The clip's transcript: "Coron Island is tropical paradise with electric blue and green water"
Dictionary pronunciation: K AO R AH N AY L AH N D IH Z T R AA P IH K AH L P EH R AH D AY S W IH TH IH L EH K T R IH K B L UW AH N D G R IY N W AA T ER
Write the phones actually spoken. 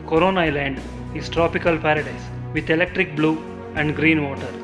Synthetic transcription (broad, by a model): K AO R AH N AY L AH N D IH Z T R AA P IH K AH L P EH R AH D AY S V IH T IH L EH K T R IH K B L UW AH N D G R IY N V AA T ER